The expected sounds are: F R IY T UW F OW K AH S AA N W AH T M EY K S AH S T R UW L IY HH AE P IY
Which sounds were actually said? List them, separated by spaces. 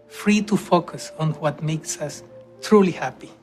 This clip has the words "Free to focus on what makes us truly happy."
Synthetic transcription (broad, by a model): F R IY T UW F OW K AH S AA N W AH T M EY K S AH S T R UW L IY HH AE P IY